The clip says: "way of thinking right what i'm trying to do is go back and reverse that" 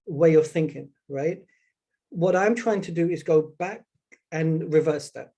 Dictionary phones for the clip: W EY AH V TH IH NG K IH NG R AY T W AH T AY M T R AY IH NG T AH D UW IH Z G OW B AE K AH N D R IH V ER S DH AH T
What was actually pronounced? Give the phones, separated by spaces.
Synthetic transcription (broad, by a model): W EY AH V TH IH NG K IH NG R AY T W AH T AY M T R AY IH NG T AH D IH IH Z G OW B AE K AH N R IH V ER S DH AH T